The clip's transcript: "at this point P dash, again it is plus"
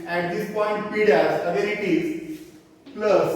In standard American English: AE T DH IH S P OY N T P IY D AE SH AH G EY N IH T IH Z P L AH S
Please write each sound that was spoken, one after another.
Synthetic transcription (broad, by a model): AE T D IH S P OY N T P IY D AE S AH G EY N IH T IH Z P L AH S